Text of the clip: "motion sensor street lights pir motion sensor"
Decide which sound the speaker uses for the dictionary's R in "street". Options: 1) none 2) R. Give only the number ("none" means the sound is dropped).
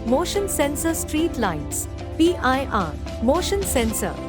2